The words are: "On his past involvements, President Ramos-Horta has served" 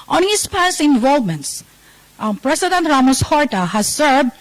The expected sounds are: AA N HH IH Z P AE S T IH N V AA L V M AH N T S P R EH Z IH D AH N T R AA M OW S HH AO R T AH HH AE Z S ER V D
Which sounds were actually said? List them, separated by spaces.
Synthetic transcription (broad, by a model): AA N HH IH S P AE S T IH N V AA L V M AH N T S P R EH S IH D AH N T R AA M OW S HH AO R T AH HH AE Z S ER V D